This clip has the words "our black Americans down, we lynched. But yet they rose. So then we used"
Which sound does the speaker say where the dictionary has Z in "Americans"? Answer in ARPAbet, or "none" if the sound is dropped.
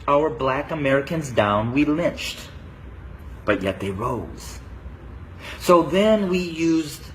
Z